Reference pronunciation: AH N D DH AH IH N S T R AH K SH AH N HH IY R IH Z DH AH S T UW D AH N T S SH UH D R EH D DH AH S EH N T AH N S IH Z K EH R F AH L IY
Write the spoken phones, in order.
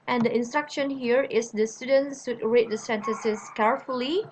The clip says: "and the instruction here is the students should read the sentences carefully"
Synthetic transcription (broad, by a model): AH N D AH IH N S T R AH K SH AH N HH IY R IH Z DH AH S T UW D AH N T S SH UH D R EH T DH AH S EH N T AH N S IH S K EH R F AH L IY